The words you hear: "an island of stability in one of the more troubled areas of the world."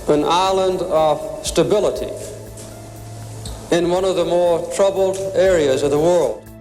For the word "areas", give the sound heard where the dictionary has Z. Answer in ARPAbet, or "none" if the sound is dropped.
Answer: Z